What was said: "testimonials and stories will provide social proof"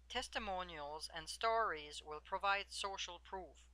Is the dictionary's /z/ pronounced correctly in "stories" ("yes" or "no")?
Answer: yes